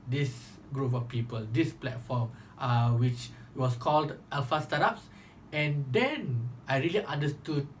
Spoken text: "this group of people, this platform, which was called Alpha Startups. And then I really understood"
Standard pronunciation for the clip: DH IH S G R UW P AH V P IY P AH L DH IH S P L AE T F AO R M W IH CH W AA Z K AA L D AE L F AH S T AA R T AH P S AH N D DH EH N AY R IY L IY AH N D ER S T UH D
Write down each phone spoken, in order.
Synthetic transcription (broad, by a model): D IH S G R UW P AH F P IY P AH L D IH S P L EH T F AO M W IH CH W AA S K AA L D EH L F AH S T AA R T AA P S AH N D EH N AY R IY L IY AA N D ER S T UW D